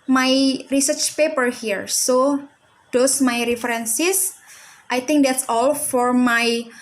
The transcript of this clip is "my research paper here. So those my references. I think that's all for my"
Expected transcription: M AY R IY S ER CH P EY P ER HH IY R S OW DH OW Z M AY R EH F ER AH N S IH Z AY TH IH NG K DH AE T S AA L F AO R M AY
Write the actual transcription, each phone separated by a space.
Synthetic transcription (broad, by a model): M AY R IY S ER CH P EY P ER HH IY R S OW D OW S M AY R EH F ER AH N S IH S AY T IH NG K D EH T S AA L F AO R M AY